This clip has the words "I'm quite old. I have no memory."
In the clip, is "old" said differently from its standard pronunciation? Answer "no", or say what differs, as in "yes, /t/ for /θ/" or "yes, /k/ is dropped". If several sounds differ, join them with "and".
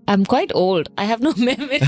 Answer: no